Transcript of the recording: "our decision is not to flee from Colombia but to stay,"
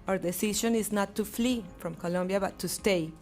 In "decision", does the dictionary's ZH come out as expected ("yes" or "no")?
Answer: no